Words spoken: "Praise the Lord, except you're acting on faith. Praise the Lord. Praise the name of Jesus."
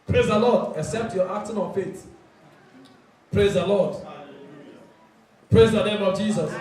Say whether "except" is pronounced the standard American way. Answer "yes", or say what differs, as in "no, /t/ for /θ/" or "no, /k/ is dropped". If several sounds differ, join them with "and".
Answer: yes